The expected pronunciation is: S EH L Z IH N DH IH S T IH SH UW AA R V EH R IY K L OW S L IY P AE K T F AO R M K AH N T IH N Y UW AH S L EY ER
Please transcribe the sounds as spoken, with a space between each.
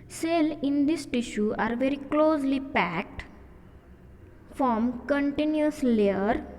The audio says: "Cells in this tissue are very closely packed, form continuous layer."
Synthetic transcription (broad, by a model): S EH L IH N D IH S T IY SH UW AA R V EH R IY K L OW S L IY P AE K T F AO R M K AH N T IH N Y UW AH S L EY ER